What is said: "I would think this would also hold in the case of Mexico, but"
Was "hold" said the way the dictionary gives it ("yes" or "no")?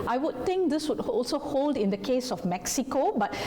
yes